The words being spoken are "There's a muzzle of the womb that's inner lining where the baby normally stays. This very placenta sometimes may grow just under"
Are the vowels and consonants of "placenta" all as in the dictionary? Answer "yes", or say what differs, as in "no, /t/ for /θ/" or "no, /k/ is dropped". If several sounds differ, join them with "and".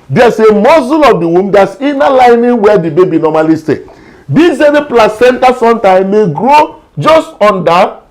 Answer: yes